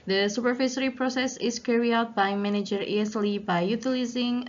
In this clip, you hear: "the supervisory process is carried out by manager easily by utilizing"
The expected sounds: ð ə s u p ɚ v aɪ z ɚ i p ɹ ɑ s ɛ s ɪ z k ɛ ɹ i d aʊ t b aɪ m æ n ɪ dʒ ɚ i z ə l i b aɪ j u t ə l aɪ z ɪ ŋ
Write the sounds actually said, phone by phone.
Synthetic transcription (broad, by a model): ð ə s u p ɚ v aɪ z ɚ i p ɹ ɑ s ɛ s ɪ s k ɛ ɹ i aʊ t b aɪ m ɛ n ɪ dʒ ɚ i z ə l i b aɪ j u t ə l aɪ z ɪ ŋ